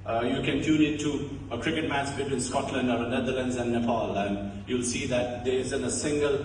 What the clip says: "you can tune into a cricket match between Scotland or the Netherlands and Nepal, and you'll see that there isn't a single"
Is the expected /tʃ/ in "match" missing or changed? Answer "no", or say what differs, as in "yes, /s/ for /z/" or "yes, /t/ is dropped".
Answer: yes, /s/ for /tʃ/